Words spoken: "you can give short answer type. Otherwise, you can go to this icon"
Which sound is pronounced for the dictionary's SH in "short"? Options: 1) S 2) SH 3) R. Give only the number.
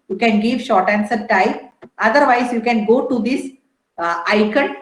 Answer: 2